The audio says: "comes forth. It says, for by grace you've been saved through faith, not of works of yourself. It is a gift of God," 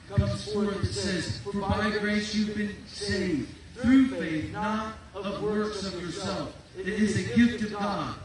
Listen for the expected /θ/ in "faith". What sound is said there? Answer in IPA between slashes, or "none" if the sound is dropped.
/θ/